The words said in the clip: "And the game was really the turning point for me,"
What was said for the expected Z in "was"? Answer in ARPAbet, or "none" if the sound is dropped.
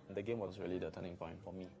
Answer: S